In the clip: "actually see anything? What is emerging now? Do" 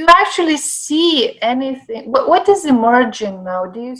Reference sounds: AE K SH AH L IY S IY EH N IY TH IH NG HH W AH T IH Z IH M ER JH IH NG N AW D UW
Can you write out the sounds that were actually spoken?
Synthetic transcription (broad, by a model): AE K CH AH L IY S IY EH N IY TH IH NG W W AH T IH Z IH M ER JH IH NG N AW D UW